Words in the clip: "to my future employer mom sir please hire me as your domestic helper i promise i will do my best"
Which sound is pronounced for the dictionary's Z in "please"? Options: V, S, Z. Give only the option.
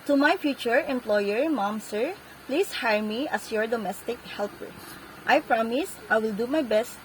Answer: S